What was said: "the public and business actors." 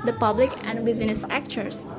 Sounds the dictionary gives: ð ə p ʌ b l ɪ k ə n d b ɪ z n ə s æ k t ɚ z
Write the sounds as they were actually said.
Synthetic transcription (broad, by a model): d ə p ʌ b l ɪ k ə n d b ɪ z n ə s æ k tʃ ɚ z